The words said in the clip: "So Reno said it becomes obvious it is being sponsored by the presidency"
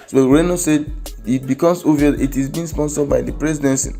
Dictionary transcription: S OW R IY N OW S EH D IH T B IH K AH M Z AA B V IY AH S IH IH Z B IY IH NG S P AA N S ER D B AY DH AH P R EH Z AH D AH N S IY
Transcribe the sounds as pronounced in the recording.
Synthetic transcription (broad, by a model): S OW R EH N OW S EH D IH T B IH K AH M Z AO V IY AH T IH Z B IY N S P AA N S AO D B AY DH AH P R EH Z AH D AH N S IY